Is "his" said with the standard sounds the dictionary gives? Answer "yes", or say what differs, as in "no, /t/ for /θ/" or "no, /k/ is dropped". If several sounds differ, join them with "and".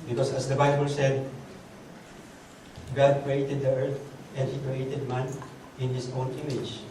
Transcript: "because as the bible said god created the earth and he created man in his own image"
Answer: no, /s/ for /z/